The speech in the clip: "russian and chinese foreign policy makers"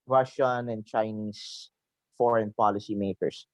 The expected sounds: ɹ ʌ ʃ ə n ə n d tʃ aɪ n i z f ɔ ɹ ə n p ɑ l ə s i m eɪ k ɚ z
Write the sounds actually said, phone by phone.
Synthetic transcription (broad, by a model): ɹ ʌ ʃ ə n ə n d tʃ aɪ n i s f ɔ ɹ ə n p ɑ l ə s i m eɪ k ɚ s